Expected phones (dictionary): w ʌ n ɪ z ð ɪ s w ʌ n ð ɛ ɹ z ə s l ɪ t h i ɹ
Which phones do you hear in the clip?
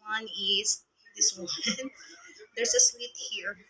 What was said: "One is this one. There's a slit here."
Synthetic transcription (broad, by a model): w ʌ n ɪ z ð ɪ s w ʌ n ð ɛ ɹ s ə s w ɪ t h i ɹ